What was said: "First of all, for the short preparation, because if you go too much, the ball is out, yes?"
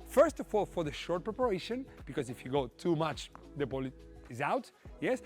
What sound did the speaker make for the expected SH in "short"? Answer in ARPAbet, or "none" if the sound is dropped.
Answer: SH